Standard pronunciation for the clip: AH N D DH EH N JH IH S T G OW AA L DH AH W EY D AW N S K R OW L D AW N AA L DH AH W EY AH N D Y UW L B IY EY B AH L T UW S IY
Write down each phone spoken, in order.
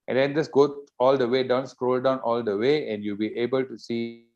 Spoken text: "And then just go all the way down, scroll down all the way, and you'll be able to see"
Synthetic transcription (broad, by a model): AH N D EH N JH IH S G OW AA L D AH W EY D AW N S K R OW L D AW N AA L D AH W EY AH N D Y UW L B IY EY B AH L T UW S IY